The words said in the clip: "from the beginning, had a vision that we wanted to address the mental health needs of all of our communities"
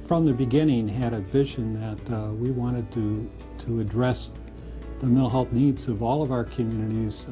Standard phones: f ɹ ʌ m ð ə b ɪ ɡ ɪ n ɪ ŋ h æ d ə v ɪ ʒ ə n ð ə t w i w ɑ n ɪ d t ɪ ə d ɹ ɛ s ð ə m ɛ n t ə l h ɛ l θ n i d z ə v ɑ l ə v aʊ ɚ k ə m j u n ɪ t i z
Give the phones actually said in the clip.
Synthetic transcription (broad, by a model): f ɹ ʌ m ð ə b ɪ ɡ ɪ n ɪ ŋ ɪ d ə b ɪ ʃ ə n ð ə t w i w ɑ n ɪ d t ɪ ə d ɹ ɛ s ð ə m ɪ t l h ɛ l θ n i d z ə v ɑ l ə v aʊ ɚ k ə m j u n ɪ t i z